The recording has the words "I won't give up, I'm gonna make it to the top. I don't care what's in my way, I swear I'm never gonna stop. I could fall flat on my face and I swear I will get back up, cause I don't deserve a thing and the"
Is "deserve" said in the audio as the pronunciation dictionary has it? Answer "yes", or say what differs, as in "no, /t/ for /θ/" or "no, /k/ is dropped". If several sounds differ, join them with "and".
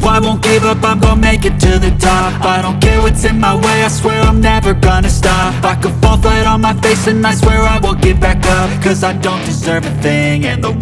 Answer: yes